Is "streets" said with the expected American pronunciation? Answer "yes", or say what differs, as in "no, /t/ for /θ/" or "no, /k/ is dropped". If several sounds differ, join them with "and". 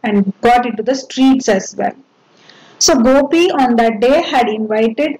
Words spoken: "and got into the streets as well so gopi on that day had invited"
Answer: yes